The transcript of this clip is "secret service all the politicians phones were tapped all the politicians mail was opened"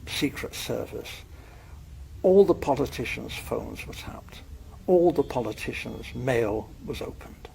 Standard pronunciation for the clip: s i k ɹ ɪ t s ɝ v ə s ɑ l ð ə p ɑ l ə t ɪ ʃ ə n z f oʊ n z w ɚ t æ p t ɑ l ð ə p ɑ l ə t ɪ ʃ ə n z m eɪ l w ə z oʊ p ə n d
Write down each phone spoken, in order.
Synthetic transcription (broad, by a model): s i k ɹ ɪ t s ɝ v ə s ɑ l ð ə p ɑ l ə t ɪ ʃ ə n z f oʊ n z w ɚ t æ p t ɑ l ð ə p ɑ l ə t ɪ ʃ ə n z m eɪ l w ə z oʊ p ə n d